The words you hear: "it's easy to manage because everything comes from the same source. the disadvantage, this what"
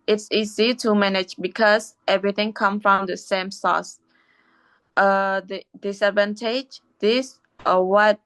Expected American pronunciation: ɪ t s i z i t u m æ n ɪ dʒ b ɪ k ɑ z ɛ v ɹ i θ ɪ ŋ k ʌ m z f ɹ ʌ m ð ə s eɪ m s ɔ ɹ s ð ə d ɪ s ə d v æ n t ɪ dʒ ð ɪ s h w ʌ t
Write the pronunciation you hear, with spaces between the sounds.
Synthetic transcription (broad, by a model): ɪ t s i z i t u m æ n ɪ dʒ b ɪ k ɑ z ɛ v ɹ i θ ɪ ŋ k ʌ m f ɹ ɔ m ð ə s eɪ m s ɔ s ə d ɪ s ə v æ n t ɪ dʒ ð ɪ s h w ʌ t